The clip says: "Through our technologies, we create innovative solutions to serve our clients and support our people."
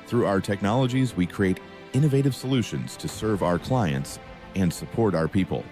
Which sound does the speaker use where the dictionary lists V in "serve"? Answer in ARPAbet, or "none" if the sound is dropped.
V